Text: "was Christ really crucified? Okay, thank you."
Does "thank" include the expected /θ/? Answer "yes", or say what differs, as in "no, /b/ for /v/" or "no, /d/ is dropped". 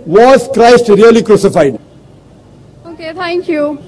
no, /t/ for /θ/